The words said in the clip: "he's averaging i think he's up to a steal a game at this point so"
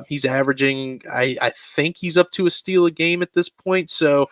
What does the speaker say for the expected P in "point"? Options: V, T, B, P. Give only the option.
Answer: P